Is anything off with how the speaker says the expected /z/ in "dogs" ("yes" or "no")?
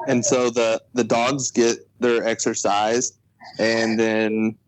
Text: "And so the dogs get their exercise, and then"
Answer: no